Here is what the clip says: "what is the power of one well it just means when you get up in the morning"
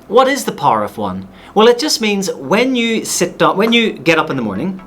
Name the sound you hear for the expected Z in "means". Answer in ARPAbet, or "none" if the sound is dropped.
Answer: Z